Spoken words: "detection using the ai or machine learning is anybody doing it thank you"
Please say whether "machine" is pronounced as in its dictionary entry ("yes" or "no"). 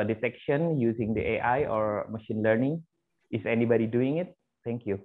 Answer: yes